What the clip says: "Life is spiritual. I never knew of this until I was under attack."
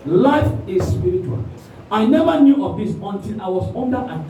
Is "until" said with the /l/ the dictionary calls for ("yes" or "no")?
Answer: no